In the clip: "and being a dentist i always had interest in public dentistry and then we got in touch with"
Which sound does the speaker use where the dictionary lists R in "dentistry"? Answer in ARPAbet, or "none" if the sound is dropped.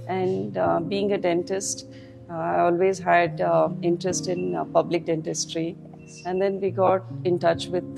R